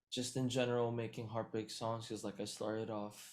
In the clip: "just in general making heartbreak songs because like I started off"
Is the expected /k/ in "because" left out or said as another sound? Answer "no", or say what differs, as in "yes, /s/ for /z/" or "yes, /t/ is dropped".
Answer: yes, /k/ is dropped